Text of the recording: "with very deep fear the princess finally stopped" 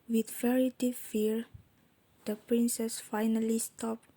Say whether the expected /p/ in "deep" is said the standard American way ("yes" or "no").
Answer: no